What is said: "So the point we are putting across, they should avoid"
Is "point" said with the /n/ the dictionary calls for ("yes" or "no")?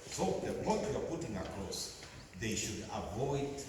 no